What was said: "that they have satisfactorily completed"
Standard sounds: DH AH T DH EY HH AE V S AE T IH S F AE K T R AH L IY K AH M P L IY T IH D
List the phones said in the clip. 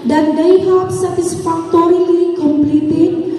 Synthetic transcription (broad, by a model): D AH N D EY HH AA P S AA T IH S F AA K T R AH L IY K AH M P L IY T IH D